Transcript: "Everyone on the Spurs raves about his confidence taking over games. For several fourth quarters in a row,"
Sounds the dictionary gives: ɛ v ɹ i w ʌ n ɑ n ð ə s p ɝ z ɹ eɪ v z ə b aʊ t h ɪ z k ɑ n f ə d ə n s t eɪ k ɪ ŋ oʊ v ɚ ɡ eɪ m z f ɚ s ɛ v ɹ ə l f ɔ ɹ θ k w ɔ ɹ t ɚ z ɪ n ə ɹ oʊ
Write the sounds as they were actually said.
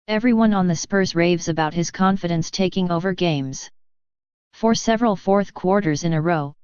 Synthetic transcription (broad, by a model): ɛ v ɹ i w ʌ n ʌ n ð ə s p ɝ z ɹ eɪ v z ə b aʊ t h ɪ z k ɑ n f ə d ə n s t eɪ k ɪ ŋ oʊ v ɚ ɡ eɪ m z f ɚ s ɛ v ɹ ə l f ɔ ɹ θ k w ɔ ɹ t ɚ z ɪ n ə ɹ oʊ